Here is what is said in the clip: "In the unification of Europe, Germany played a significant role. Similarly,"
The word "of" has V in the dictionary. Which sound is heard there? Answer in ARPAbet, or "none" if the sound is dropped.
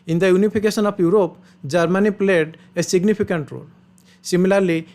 P